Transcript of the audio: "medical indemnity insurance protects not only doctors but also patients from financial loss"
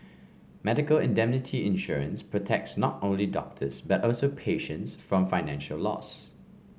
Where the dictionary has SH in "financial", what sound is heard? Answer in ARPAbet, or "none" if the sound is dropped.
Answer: SH